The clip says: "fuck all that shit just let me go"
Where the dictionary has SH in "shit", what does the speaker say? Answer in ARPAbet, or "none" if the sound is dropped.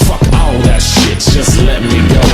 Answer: SH